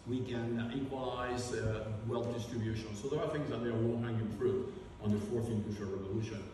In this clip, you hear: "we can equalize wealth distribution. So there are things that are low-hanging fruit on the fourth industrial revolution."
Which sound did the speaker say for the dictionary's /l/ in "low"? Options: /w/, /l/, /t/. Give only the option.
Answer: /w/